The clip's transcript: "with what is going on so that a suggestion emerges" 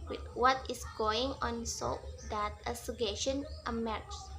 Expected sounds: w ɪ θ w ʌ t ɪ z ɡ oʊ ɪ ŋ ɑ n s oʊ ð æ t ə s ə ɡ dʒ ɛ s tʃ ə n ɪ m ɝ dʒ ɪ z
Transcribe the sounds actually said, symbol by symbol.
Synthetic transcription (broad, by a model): w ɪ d w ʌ t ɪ s ɡ oʊ ɪ ŋ ɑ n s oʊ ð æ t ə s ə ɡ ɛ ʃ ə n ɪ m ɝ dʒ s